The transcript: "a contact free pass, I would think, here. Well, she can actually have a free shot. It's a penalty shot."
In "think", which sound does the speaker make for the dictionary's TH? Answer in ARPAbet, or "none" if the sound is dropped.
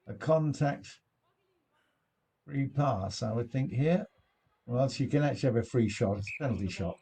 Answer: TH